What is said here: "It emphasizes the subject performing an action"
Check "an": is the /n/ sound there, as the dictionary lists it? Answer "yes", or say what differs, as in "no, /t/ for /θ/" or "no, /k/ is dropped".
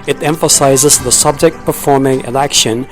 no, /l/ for /n/